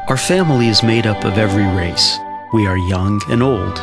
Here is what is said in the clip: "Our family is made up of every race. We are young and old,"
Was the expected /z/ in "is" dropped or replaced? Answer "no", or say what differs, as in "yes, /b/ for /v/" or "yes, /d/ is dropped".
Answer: no